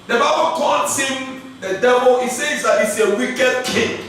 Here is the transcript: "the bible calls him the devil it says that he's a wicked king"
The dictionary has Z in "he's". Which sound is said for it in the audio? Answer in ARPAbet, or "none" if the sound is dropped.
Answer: S